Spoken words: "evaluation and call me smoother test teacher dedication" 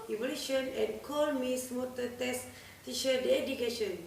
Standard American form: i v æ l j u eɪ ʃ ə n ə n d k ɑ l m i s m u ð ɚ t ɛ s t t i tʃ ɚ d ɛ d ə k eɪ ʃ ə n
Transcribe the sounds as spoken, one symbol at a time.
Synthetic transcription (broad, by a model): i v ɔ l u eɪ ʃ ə n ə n k ɑ l m i s m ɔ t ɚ t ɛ s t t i ʃ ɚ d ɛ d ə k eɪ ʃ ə n